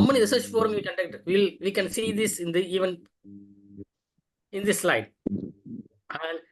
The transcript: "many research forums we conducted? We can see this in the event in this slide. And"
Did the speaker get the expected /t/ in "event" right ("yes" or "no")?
no